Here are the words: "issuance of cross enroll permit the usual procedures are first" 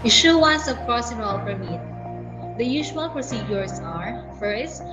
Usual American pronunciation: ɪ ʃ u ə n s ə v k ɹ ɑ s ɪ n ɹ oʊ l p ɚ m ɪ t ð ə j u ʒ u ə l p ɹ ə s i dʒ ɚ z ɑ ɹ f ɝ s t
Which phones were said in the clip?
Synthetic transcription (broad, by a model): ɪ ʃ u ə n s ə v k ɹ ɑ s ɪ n oʊ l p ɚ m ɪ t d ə j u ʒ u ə l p ɹ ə s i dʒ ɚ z ɑ ɹ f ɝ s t